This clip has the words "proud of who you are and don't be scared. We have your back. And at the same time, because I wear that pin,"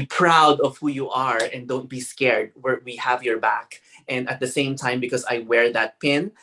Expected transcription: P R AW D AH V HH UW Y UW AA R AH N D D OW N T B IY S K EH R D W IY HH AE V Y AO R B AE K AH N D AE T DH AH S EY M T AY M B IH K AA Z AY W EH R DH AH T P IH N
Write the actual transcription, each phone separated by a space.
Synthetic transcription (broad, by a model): P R AW D AH V HH UW Y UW AA R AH N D D OW N T B IY S K EH R D W IY HH AE V Y AO R B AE K AH N D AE T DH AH S EY M T AY M B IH K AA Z AY W EH R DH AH T P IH N